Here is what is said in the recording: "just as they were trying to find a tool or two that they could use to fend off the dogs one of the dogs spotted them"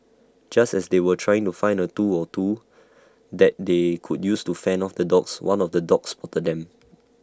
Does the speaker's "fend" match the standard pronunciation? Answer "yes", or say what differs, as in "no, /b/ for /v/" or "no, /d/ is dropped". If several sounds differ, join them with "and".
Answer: no, /d/ is dropped